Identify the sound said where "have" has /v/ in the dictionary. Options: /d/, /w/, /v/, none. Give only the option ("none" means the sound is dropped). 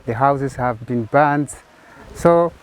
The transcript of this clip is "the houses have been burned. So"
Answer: /v/